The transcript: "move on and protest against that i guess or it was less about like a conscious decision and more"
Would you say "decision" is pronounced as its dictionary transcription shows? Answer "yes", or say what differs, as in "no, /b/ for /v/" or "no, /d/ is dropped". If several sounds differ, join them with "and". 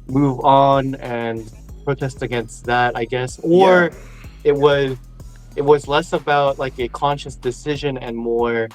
yes